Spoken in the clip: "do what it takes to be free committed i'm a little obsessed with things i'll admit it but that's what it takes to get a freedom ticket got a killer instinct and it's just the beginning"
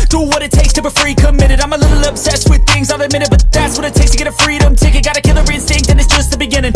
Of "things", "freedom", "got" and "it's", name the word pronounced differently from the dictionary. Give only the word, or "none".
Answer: none